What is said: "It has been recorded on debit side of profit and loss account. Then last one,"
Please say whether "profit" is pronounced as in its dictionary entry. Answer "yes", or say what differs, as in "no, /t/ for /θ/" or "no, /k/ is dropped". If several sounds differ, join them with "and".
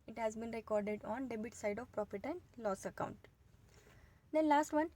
no, /p/ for /f/